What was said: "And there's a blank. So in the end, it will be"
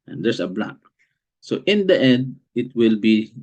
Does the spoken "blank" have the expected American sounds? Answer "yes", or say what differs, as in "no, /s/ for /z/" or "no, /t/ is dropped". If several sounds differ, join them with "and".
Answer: no, /ŋ/ is dropped